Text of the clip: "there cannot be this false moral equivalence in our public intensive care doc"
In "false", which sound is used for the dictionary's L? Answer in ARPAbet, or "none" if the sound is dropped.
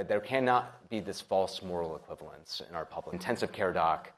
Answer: L